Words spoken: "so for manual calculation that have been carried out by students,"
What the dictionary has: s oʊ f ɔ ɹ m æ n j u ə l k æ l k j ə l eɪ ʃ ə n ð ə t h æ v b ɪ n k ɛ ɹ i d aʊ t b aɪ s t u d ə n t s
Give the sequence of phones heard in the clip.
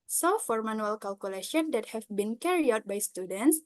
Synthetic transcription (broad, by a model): s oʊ f ɔ ɹ m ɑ n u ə l k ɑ l k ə l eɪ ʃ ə n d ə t h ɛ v b ɪ n k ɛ ɹ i aʊ t b aɪ s t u d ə n t s